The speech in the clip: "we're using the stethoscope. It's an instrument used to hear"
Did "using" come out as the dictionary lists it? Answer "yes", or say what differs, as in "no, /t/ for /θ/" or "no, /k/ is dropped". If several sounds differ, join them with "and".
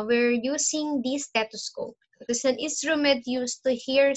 no, /s/ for /z/